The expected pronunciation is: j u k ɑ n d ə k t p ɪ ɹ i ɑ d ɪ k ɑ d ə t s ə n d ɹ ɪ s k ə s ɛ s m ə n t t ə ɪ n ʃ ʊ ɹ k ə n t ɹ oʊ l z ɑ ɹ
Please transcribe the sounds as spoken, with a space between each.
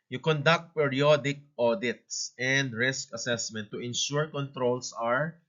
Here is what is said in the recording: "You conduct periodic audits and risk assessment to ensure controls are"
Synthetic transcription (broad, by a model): j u k ɑ n d ə k t p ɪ ɹ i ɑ d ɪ k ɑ d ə t s ə n d ɹ ɪ s k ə s ɛ s m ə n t t ə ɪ n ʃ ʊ ɹ k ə n t ɹ oʊ l s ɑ ɹ